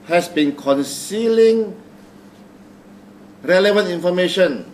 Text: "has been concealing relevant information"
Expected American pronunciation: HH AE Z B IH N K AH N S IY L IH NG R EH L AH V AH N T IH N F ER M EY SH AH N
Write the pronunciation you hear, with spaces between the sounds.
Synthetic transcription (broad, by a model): HH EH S B IH N K AH N S IY L IH NG R EH L AH V AH N T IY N F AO M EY SH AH N